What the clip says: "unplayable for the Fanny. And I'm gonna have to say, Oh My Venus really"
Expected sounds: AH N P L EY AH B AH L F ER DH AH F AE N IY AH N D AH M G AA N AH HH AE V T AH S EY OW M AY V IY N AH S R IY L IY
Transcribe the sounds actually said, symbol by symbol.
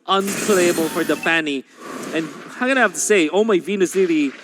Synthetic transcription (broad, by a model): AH N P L EY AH B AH L F ER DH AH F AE N IY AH N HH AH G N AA AH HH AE F T AH S EY OW M AY V IY N AH S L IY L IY